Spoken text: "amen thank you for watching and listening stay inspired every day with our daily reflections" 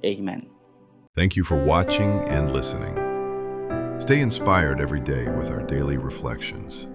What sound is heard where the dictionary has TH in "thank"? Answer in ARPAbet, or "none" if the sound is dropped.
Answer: TH